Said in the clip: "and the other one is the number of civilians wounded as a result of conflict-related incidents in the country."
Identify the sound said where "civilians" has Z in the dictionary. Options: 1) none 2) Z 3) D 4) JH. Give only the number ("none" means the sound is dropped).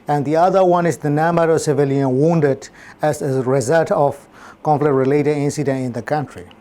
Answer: 1